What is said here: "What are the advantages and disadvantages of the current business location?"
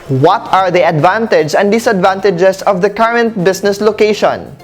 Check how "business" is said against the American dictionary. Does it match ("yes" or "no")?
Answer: no